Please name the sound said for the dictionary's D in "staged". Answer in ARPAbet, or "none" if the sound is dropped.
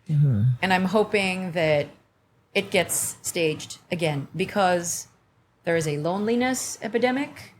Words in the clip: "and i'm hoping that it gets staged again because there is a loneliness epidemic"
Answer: D